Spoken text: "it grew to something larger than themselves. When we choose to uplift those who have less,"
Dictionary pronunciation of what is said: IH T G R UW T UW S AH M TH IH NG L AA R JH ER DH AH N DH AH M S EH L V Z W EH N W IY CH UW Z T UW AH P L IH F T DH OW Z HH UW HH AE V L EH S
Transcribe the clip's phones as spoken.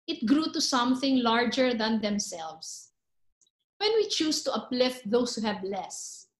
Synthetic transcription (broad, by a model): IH T G R UW T UW S AH M TH IH NG L AA R JH ER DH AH N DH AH M S EH L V S W EH N W IY CH UW S T UW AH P L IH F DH OW S HH UW HH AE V L EH S